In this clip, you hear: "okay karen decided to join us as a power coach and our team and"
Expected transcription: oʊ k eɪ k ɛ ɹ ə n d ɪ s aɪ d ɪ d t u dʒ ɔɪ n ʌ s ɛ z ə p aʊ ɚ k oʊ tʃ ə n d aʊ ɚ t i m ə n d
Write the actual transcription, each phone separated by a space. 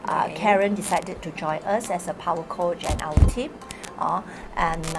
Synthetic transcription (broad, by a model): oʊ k k ɛ ɹ ə n d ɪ s aɪ d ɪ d t u dʒ ɔɪ ʌ s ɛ s ə p aʊ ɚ k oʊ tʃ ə n aʊ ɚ t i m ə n